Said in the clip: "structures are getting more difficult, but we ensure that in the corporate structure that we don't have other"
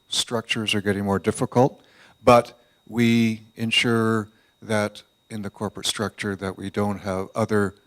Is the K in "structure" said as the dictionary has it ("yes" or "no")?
yes